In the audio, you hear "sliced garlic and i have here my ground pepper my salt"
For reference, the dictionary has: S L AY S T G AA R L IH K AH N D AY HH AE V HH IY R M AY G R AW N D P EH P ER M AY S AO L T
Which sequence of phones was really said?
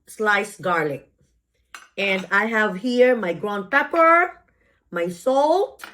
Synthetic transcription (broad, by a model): S L AY S G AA R L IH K AH N D AY HH AE V HH IY R M AY G R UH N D P EH P ER M AY S AO L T